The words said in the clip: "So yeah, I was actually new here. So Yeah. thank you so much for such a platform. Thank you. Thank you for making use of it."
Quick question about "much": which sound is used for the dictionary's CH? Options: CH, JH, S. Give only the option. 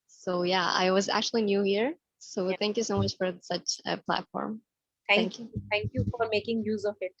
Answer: CH